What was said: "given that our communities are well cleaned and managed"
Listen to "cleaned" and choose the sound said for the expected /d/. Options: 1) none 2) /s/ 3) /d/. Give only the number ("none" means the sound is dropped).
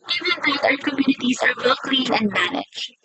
1